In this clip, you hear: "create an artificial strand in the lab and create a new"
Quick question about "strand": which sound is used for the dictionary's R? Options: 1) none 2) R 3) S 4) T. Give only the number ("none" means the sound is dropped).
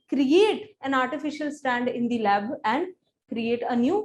1